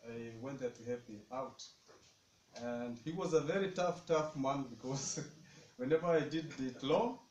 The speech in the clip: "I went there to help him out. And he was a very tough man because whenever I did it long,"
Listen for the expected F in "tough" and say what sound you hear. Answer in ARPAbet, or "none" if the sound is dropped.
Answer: F